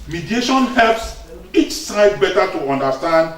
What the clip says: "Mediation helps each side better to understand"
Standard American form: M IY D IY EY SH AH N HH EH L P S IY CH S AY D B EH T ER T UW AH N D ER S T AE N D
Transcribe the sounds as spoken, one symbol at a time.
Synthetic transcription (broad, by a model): M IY D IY EY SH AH N HH EH L P S IY CH S AY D B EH T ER T UW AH N D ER S T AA N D